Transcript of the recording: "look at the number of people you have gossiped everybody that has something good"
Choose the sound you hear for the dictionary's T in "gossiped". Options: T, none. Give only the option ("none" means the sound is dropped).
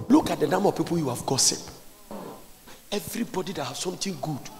none